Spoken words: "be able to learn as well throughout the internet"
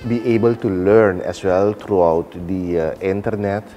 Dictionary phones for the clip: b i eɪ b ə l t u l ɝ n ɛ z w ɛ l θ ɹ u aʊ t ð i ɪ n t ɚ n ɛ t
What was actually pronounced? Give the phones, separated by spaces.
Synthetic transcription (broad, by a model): b i eɪ b ə l t u l ɝ n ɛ s w ɛ l t ɹ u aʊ t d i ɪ n t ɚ n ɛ t